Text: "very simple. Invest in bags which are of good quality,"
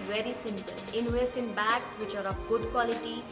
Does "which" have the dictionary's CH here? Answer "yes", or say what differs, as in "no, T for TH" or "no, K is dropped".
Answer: yes